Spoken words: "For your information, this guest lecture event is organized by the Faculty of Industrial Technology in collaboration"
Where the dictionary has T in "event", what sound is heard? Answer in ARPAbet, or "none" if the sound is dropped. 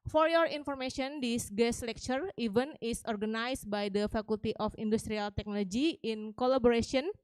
none